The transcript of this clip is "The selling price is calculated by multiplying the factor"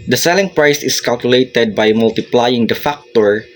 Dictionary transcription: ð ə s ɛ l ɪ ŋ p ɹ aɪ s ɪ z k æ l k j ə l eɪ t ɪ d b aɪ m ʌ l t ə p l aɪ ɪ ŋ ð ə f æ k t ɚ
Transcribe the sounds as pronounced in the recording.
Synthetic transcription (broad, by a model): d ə s ɛ l ɪ ŋ p ɹ aɪ s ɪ s k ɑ l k j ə l eɪ t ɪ d b aɪ m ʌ l t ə p l aɪ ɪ ŋ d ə f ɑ k t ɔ